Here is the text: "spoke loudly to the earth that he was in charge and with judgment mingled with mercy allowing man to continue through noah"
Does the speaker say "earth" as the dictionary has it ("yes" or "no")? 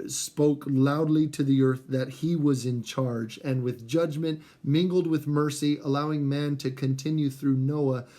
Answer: yes